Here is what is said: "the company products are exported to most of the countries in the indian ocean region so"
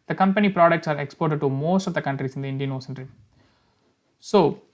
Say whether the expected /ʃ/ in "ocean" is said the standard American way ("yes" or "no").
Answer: no